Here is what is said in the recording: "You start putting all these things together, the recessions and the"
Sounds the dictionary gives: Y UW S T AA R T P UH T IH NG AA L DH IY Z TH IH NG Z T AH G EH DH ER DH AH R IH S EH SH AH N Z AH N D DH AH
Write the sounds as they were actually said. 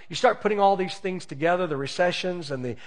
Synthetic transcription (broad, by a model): Y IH S T AA R T P UH T IH NG AA L DH IY Z TH IH NG Z T AH G EH DH ER DH AH R IH S EH SH AH N Z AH N DH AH